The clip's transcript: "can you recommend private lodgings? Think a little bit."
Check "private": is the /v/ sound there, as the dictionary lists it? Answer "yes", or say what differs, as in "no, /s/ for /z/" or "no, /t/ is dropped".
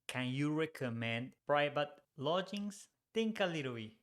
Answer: no, /b/ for /v/